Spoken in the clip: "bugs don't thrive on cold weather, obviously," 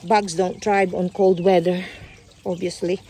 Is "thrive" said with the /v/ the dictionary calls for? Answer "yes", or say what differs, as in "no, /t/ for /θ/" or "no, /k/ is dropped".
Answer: no, /b/ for /v/